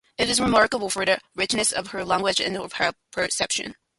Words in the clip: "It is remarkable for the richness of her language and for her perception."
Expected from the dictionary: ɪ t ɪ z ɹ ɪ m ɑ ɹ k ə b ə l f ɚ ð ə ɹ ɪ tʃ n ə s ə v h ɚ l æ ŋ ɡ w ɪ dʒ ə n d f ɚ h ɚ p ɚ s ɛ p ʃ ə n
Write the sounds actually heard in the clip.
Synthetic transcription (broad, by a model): ɪ t ɪ z ɹ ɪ m ɑ ɹ k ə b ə l f ɚ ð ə ɹ ɪ tʃ n ə s ə v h ɚ l æ ŋ ɡ w ɪ dʒ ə n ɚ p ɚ p ɚ s ɛ p ʃ ə n